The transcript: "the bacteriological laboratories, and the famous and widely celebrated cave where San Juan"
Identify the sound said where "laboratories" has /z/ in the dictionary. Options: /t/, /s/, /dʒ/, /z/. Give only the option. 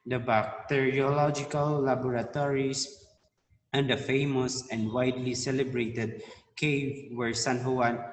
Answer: /s/